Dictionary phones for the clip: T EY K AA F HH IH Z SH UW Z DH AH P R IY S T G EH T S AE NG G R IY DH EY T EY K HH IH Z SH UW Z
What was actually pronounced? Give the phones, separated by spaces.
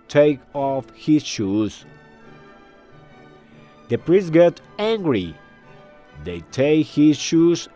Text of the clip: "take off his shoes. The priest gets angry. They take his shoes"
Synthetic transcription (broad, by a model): T EY K AA F HH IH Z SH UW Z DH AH P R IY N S G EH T AE NG G R IY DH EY T EY K HH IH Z SH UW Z